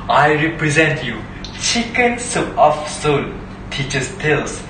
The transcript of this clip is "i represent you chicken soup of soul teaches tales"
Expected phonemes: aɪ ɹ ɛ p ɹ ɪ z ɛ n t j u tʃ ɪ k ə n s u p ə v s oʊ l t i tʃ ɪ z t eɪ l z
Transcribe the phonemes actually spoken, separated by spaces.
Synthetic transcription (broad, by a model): aɪ ɹ ɛ p ɹ ɪ z ɛ n t j u tʃ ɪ k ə n s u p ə f s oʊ n t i tʃ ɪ s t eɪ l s